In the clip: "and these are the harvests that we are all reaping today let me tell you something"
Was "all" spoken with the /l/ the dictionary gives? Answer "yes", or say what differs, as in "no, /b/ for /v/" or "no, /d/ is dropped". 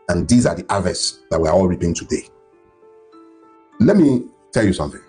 yes